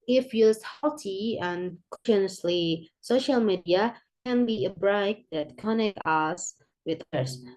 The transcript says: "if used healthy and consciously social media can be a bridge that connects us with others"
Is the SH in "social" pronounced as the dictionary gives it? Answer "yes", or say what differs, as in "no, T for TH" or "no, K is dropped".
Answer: yes